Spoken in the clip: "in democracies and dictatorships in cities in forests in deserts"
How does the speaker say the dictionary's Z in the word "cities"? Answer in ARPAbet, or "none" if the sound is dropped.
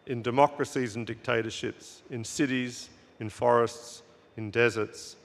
Z